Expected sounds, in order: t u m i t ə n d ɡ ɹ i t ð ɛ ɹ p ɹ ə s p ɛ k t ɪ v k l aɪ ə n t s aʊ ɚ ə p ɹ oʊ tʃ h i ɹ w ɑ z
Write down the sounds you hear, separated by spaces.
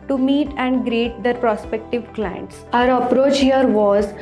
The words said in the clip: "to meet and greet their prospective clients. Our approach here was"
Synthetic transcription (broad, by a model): t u m i t ə n d ɡ ɹ i t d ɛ ɹ p ɹ ə s p ɛ k t ɪ v k l aɪ ə n t s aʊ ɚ ə p ɹ oʊ tʃ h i ɹ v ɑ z